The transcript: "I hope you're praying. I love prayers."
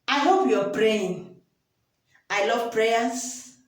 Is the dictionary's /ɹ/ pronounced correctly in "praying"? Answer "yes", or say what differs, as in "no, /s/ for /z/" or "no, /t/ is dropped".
yes